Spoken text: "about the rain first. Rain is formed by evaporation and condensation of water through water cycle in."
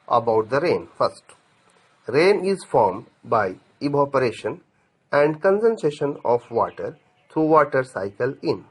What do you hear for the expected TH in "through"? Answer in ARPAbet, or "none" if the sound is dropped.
T